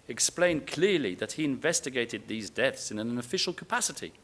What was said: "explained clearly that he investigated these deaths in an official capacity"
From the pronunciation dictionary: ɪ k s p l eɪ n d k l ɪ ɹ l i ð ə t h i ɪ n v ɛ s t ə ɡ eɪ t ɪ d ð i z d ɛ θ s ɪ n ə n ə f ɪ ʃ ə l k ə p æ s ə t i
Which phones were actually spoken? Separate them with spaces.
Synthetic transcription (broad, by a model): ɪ k s p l eɪ n k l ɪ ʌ l i ð ə t h i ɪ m v ɛ s t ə ɡ eɪ t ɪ d ð i z d ɛ θ s ɪ n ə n ə f ɪ ʃ ə l k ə p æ s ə t i